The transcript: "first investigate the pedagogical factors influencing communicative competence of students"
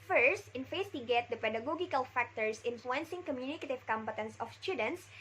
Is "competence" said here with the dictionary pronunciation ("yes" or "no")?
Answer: yes